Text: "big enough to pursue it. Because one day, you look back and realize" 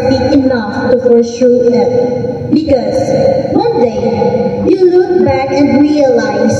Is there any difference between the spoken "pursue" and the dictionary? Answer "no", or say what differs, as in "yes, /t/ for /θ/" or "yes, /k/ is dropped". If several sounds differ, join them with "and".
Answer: yes, /f/ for /p/ and /ʃ/ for /s/